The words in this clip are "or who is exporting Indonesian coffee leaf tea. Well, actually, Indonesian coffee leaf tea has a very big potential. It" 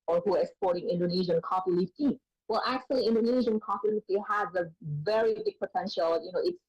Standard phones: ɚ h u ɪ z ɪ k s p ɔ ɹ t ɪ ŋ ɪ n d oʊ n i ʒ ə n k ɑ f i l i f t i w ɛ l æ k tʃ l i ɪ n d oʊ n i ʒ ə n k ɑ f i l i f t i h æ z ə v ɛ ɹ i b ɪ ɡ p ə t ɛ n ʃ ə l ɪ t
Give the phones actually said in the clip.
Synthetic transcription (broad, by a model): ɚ h u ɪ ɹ ɪ k s p ɔ ɹ t ɪ ŋ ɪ n d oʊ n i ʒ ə n k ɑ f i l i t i w ɛ l æ k tʃ l i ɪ n d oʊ n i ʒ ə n k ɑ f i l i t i h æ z ə v ɛ ɹ i b ɪ ɡ p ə t ɛ n ʃ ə l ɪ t